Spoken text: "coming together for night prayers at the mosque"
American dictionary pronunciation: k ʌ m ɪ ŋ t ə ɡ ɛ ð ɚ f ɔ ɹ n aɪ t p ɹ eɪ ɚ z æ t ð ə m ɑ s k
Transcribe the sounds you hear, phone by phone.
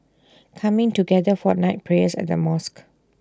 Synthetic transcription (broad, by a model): k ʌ m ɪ ŋ t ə ɡ ɛ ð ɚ f ɔ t n aɪ t p ɹ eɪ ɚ s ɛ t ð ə m ɑ s k